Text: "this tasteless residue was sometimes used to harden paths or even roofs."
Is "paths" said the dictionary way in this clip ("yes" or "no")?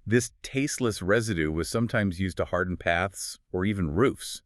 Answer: yes